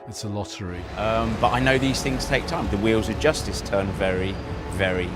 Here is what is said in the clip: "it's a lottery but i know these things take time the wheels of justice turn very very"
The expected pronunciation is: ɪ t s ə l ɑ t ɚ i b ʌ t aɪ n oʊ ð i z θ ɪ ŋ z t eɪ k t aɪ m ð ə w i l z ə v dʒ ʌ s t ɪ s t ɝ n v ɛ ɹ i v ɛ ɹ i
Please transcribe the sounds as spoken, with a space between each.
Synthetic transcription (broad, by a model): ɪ t s ə l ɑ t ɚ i b ʌ t aɪ n oʊ ð i z θ ɪ ŋ z t eɪ k t aɪ m ð ə w i l z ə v dʒ ʌ s t ɪ s t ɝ n v ɛ ɹ i v ɛ ɹ i